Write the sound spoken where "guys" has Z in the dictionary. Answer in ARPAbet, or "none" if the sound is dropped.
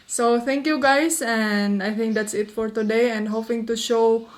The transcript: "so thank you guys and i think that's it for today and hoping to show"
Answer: S